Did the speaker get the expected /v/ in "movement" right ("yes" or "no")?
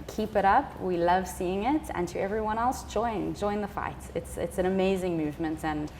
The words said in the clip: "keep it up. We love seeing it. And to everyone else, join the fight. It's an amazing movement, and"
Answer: yes